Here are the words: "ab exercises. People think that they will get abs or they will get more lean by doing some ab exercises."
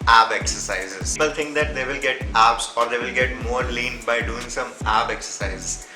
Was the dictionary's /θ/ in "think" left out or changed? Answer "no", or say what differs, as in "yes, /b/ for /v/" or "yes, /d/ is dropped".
yes, /t/ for /θ/